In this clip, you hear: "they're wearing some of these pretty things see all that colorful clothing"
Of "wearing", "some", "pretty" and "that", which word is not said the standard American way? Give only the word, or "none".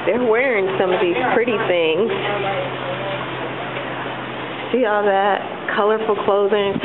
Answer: none